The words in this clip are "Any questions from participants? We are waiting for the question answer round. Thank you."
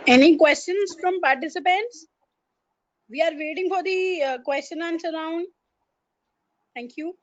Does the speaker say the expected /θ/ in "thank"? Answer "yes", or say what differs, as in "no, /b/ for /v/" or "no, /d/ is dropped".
no, /t/ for /θ/